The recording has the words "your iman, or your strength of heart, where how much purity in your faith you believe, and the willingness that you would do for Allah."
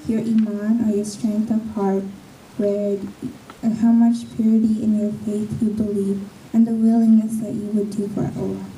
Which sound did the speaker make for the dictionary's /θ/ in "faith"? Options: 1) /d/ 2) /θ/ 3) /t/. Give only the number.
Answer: 2